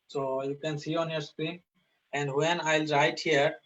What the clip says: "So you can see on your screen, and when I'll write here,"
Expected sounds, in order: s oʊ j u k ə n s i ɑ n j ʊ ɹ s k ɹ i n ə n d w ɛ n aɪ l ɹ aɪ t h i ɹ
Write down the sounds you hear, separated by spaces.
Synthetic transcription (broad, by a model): s oʊ j u k ə n s i ɑ n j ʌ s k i ə n d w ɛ n aɪ l ɹ aɪ t h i ɹ